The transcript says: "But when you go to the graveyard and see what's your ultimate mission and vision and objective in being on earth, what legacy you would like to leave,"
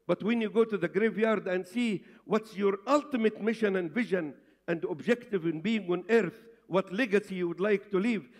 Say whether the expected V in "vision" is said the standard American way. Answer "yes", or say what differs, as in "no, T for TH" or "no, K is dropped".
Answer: yes